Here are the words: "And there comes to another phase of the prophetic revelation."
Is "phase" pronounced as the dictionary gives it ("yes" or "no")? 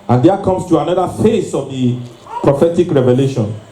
no